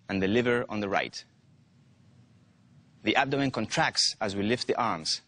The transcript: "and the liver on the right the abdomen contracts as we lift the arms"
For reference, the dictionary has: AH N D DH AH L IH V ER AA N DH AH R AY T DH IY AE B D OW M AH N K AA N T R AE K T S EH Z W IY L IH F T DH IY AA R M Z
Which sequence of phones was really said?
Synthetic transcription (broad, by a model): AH N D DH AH L IH V ER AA N DH AH R AY T DH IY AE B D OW AH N K AA N T R AE K T S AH Z W IY L IH F T DH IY AA R M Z